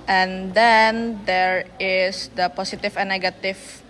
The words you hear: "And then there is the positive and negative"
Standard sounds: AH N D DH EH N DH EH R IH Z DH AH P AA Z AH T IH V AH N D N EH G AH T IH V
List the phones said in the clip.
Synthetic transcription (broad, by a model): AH N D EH N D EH R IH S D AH P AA S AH T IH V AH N N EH G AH T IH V